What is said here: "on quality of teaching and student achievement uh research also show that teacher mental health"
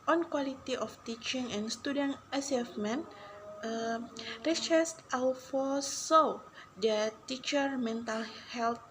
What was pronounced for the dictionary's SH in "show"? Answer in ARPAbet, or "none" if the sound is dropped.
S